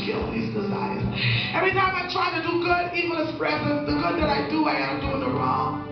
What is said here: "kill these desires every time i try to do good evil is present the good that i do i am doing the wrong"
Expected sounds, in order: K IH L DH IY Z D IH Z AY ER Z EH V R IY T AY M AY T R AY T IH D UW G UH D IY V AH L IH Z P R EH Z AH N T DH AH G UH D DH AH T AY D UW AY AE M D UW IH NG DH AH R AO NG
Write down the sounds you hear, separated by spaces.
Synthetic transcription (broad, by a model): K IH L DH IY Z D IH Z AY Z EH V R IY T AY M AY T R AY T IH D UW G UH D IY V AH N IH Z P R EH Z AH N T DH AH G UH D DH AH T AY D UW AY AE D D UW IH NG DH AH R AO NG